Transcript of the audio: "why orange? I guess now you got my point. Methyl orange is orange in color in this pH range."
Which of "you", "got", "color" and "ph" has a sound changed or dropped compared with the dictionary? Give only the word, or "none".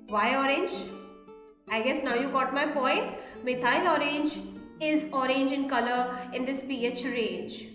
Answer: none